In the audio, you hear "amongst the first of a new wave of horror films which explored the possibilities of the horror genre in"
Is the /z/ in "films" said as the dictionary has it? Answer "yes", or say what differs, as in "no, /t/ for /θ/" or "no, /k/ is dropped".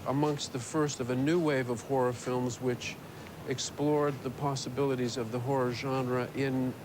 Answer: yes